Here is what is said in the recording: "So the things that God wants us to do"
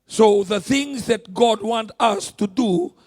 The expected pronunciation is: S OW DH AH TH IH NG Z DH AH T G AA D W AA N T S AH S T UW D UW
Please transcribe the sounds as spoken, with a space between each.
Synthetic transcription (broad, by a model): S OW DH AH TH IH NG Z DH AH T G AA D W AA N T AH S T UW D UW